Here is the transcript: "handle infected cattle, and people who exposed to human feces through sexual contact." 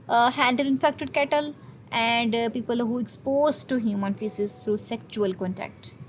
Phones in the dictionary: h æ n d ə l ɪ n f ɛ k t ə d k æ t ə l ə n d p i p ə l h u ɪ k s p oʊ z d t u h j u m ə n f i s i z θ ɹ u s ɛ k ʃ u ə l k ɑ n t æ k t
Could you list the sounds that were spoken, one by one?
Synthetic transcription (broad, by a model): h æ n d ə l ɪ n f ɛ k t ə d k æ t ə l ə n d p i p ə l h u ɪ k s p oʊ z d t u h j u m ə n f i s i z t ɹ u s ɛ k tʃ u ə l k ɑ n t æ k t